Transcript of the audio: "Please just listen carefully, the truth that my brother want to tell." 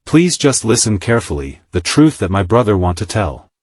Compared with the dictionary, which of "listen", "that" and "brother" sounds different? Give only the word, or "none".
none